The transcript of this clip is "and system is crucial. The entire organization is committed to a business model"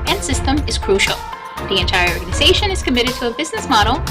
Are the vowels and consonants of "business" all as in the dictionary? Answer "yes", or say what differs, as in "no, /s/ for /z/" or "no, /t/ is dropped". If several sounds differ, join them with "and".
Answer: yes